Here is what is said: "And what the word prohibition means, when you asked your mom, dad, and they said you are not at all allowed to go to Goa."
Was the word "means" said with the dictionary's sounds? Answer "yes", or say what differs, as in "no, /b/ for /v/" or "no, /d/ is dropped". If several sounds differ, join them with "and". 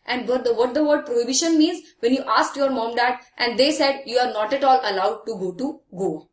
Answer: yes